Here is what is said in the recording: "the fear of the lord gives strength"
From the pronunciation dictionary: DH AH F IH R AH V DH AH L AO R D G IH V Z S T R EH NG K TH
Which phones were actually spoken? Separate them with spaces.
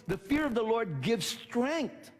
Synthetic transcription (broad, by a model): DH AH F IH R AH V DH AH L AO R D G IH V Z S T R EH NG K TH